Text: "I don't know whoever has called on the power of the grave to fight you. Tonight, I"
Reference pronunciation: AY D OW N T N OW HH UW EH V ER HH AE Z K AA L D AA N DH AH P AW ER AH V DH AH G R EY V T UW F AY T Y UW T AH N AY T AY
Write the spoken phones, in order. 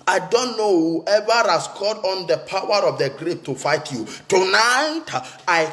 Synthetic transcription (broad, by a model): AY D OW N T N OW HH UW EH V ER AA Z K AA D AA N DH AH P AW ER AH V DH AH G R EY P T UW F AY T Y UW T AH N AY T AY